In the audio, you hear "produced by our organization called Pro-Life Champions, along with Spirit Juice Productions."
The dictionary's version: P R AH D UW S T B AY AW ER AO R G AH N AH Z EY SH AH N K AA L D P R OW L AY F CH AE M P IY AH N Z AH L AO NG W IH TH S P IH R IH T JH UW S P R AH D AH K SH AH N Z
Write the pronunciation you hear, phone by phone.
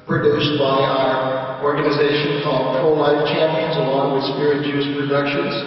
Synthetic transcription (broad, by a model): P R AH D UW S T B AY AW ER AO R G AH N AH Z EY SH AH N K AA L D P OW L AY F CH AE M P IY AH N Z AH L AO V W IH S P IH R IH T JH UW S P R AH D AH K SH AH N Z